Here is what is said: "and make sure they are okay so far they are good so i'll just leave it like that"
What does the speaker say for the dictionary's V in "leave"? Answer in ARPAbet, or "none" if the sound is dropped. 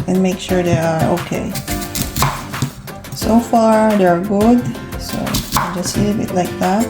B